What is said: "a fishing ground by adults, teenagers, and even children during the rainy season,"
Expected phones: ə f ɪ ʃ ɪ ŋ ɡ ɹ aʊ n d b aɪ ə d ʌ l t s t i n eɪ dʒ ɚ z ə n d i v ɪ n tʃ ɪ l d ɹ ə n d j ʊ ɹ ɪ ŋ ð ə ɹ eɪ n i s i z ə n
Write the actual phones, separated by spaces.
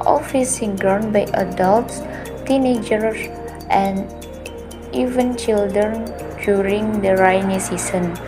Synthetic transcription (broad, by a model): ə f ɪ s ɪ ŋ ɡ ɹ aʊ n b aɪ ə d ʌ l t s t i n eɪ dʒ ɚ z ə n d i v ɪ n tʃ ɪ l d ɹ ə n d j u ɹ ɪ ŋ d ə ɹ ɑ n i s i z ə n